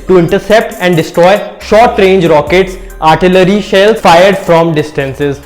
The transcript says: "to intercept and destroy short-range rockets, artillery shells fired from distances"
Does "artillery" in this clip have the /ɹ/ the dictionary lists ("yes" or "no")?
yes